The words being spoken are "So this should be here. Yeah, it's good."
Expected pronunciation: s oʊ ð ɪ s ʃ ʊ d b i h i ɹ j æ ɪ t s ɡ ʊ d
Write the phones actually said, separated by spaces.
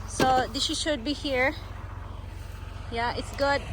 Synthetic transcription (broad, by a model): s oʊ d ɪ ʃ ʃ ʊ d b i h i ɹ j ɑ ɪ t s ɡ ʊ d